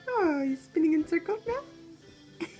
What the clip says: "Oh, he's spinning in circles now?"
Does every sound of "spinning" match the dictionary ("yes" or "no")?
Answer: yes